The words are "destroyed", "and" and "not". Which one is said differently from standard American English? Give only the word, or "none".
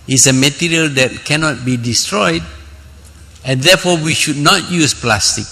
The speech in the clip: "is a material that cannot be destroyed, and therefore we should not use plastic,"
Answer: none